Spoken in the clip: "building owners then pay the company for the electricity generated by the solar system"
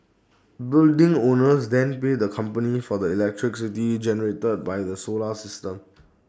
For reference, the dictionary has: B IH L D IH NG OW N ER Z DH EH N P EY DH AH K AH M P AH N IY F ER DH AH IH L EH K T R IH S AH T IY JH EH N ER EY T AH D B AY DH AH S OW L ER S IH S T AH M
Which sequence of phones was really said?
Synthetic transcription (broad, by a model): B IH L D IH NG OW N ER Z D EH N P EY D AH K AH M P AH N IY F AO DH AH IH L EH K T R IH S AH T IY JH EH N ER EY T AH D B AY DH AH S OW L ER S IH S T AH M